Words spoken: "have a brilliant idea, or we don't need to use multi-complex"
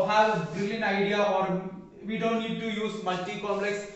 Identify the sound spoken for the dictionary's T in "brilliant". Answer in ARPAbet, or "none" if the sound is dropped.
none